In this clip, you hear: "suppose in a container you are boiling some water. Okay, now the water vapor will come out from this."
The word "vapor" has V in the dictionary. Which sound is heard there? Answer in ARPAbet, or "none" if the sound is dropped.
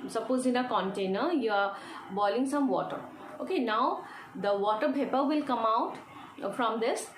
P